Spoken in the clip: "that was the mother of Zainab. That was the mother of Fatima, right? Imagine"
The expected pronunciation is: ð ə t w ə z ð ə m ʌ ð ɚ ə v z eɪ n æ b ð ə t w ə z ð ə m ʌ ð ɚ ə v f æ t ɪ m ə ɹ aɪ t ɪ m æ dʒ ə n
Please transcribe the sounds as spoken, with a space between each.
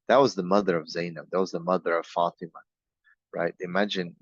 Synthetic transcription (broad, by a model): ð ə t w ə z ð ə m ʌ ð ɚ ə v z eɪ n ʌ ð ə t w ə z ð ə m ʌ ð ɚ ə v f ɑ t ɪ m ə ɹ aɪ t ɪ m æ dʒ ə n